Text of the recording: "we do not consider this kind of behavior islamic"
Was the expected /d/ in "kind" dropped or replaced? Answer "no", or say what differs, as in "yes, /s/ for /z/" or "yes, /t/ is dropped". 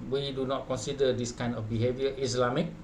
yes, /d/ is dropped